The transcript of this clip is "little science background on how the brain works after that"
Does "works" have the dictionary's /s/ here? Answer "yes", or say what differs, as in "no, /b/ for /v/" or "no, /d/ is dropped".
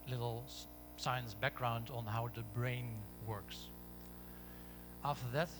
yes